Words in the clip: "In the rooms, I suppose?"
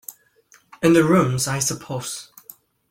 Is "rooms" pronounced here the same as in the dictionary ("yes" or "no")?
yes